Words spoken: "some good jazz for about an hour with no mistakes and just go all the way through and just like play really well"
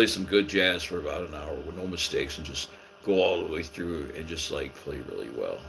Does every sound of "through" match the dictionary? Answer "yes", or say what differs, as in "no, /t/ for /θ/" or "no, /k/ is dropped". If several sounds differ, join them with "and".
yes